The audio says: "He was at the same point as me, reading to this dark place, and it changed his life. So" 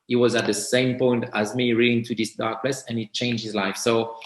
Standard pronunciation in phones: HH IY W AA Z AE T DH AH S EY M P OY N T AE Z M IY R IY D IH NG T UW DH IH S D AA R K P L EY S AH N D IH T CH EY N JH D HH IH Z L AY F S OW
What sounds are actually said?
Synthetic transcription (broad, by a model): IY W AA Z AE T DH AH S EY M P OY N T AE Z M IY R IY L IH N T UW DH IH S D AA R K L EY S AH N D IH T CH EY N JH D HH IH Z L AY F S OW